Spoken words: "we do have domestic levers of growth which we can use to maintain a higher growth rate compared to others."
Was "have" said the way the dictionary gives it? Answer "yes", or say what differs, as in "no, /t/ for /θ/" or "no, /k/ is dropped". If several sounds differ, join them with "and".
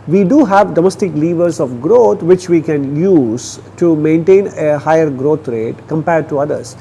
yes